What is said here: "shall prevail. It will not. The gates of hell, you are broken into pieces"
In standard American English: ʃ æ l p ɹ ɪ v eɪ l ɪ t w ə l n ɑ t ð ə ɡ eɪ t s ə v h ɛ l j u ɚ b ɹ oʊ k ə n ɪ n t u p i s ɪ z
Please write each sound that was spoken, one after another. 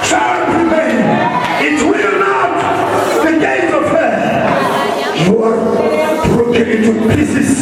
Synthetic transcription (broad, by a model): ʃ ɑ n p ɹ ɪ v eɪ n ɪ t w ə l n ɑ t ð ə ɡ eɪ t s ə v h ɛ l j u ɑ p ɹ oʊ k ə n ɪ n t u p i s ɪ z